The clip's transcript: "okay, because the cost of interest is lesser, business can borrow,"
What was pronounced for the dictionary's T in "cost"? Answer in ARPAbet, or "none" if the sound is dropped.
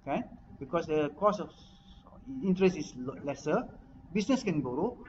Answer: none